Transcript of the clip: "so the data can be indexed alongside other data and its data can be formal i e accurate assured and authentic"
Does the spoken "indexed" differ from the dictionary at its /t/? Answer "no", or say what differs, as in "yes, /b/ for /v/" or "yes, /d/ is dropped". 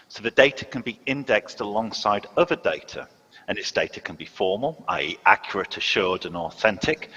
no